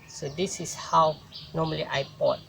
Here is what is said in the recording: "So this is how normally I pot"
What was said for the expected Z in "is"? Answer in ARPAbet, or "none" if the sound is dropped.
S